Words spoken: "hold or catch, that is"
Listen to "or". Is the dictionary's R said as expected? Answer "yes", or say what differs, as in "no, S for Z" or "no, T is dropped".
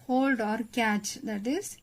yes